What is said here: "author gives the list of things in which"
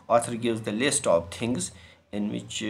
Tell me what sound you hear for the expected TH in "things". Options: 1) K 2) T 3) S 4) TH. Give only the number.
2